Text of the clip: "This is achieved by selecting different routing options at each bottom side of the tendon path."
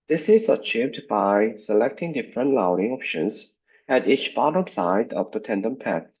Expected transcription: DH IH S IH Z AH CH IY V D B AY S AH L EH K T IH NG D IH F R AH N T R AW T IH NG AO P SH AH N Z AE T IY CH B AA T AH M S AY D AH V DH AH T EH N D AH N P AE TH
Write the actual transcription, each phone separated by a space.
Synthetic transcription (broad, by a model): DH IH S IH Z AH CH IY V D B AY S AH L EH K T IH NG D IH F R AH N T L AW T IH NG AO P SH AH N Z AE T IY CH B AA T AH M S AY D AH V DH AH T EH N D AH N P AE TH